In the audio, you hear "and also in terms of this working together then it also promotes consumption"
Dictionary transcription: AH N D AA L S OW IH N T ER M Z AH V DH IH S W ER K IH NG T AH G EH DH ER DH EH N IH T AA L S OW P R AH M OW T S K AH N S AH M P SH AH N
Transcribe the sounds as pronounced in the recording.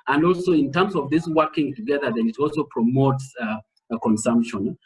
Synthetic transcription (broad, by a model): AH N D AA L S OW IH N T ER M S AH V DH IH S W ER K IH NG T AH G EH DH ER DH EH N IH T AA L S OW P R AH M OW T S K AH N S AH M P SH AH N